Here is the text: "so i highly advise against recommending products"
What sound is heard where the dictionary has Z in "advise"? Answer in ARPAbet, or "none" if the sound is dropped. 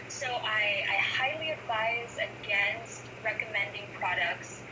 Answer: Z